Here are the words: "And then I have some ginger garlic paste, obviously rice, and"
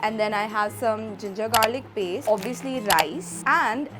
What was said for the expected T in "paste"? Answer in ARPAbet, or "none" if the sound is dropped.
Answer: none